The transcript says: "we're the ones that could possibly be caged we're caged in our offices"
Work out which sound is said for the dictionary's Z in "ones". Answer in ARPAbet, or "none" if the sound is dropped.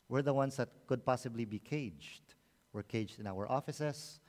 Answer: S